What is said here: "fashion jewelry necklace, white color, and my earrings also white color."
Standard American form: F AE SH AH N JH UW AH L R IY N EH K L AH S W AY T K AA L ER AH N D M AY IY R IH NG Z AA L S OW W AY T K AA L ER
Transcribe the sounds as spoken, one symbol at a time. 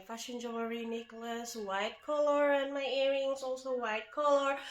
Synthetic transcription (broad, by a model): F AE SH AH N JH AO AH R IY N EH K L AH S W AY T K AA L ER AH N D M AY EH R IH NG S AA L S OW W AY T K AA L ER